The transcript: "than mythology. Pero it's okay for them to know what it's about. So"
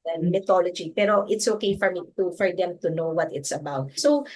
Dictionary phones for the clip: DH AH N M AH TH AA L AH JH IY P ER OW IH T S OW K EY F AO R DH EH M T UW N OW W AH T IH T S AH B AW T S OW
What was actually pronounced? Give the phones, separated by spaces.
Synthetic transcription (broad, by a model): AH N M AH T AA L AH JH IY P ER OW IH T S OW K EY F AO R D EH M T UW N OW W AH T IH T S AH B AW T S OW